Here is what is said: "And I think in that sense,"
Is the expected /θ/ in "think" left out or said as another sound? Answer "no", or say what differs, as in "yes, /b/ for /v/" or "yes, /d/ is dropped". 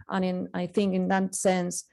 no